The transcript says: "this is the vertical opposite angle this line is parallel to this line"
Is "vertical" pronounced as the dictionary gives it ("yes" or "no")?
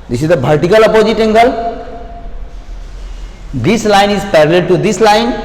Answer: no